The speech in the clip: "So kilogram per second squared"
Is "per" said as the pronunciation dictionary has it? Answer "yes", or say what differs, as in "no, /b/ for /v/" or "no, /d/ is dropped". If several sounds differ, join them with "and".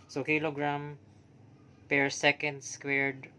yes